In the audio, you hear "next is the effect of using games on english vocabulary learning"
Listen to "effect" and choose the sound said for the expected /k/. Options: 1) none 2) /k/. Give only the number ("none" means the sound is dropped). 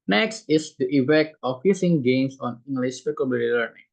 1